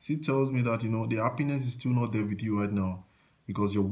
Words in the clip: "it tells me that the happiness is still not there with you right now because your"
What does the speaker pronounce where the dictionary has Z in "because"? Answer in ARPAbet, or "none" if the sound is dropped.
S